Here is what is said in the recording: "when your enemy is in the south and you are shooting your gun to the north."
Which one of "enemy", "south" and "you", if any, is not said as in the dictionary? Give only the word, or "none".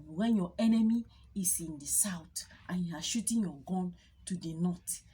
south